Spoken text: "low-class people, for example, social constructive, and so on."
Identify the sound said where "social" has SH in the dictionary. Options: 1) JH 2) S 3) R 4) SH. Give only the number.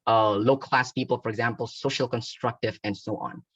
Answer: 4